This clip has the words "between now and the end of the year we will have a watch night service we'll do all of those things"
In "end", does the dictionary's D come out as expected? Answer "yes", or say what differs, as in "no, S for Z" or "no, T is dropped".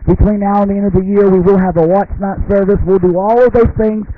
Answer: yes